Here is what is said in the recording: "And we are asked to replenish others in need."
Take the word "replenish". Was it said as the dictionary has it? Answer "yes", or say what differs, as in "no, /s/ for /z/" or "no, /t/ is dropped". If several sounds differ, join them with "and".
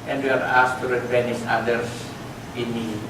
no, /l/ is dropped